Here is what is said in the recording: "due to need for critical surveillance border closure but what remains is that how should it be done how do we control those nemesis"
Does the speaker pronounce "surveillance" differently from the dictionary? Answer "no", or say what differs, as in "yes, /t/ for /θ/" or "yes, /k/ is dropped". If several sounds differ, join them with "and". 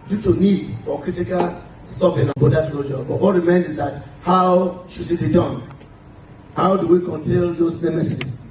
yes, /n/ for /l/